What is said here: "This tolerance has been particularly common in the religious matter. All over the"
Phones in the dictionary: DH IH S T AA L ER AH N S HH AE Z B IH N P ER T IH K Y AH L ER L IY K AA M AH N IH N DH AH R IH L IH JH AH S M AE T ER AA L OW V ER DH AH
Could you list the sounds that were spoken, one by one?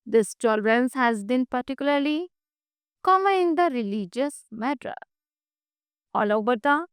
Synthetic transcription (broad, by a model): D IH S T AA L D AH N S HH AE Z B IH N P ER T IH K Y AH L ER L IY K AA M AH IH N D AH R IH L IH JH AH S M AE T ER AA L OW B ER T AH